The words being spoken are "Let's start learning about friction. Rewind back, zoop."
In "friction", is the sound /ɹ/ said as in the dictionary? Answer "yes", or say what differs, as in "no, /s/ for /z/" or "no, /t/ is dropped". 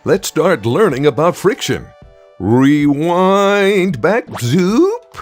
yes